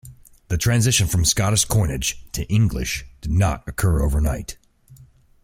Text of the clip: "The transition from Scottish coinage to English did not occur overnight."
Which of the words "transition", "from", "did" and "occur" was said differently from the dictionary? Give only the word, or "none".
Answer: none